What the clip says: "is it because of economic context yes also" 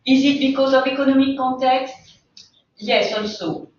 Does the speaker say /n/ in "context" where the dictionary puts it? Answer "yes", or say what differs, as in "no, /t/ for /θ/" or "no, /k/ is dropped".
no, /n/ is dropped